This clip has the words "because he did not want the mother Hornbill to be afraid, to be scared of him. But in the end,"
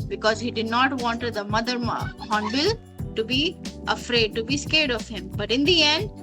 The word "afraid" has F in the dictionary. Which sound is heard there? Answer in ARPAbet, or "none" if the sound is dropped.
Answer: F